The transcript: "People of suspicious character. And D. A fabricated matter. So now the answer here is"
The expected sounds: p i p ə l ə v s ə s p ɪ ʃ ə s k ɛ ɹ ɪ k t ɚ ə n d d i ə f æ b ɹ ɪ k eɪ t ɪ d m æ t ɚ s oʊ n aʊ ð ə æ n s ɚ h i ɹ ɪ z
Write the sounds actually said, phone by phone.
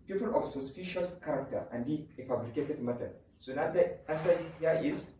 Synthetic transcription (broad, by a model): p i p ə l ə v s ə s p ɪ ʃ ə s k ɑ ɹ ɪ k t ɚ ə n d d i ə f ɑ b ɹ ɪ k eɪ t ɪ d m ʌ t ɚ s oʊ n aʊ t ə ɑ s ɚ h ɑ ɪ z